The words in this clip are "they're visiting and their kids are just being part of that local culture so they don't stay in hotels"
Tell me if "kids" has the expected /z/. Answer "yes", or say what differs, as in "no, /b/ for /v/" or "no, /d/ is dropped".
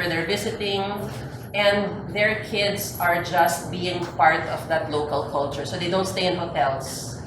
no, /s/ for /z/